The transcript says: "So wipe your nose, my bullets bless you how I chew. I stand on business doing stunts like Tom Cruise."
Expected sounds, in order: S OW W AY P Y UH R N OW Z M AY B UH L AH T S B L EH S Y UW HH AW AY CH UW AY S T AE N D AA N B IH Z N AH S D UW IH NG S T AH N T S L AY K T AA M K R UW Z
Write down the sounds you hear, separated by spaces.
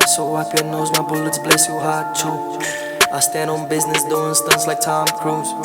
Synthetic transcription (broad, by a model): S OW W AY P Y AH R N OW Z M AY B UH L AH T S B L EH S Y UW HH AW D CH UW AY S T AE N D AA N B IH Z N AH S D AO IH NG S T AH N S L AY K T AA M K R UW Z